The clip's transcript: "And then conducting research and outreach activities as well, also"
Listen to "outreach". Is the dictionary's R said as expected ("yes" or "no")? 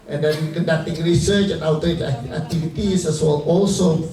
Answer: no